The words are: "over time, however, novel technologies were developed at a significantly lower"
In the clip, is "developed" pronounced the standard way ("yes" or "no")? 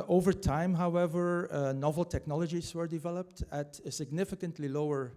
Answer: yes